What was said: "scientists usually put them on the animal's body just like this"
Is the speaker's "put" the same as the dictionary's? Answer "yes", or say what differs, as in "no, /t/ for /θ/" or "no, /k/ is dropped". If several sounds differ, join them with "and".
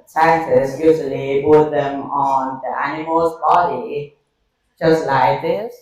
no, /b/ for /p/